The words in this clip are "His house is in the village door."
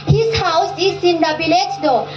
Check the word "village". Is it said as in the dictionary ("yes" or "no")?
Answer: no